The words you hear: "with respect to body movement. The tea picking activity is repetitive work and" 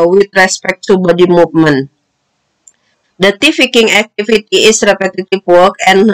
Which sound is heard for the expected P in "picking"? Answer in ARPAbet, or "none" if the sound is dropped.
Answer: F